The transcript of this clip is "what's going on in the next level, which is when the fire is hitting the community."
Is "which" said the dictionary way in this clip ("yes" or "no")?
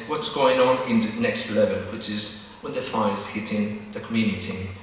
yes